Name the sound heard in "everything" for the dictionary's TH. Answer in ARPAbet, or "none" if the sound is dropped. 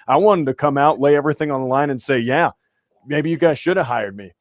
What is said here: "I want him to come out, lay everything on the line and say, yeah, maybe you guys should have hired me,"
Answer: TH